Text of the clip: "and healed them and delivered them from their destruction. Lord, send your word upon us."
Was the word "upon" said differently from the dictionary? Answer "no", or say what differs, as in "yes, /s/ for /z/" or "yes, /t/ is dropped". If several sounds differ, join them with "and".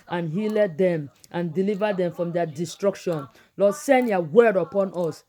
no